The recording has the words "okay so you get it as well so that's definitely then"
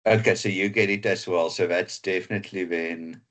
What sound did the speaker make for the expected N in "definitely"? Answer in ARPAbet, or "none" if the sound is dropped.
N